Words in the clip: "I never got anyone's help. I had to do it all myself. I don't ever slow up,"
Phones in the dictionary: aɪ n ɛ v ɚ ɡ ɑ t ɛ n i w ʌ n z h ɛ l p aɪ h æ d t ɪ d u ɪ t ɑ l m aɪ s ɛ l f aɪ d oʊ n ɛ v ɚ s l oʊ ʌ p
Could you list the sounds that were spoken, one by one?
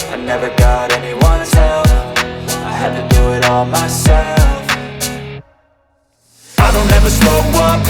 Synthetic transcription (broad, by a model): aɪ n ɛ v ɚ ɡ ɑ t ɛ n i w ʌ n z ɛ l f aɪ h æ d t ɪ d u ɪ t ɑ l m aɪ s ɛ l f aɪ d oʊ n ɛ v ɚ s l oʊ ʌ